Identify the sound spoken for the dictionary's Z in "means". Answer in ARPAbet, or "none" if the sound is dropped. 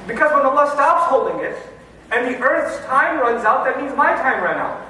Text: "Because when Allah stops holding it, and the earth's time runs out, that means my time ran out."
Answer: Z